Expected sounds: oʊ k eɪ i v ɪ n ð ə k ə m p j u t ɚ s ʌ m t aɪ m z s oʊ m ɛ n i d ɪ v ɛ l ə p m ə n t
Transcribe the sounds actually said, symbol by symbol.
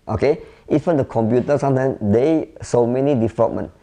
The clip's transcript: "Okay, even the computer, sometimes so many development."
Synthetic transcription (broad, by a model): oʊ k eɪ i f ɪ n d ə k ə m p j u t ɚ s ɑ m t aɪ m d s oʊ m ɛ n i d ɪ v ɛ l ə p m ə n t